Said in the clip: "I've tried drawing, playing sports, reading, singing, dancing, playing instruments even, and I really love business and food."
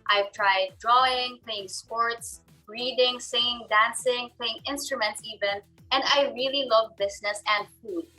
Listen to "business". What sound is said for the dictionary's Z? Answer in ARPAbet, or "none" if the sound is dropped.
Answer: S